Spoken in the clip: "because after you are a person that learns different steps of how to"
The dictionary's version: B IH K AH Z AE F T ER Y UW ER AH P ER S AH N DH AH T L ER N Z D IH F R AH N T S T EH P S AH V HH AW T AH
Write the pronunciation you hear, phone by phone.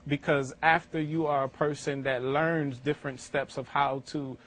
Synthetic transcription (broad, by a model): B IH K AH Z AE F T ER Y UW ER AH P ER S AH N DH AH T L ER N Z D IH F R AH N T S T EH P S AH V HH AW T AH